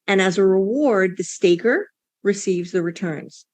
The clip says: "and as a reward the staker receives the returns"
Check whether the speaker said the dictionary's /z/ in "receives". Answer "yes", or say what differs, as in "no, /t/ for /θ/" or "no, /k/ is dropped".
yes